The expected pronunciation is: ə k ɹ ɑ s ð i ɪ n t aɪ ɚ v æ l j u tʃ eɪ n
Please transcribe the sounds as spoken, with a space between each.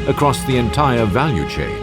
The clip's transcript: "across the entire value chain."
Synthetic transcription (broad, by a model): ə k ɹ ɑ s ð i ɪ n t aɪ ɚ v æ l j u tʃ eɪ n